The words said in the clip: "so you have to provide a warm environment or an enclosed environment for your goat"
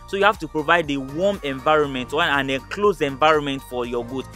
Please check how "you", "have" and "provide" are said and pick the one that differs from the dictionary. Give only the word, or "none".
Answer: have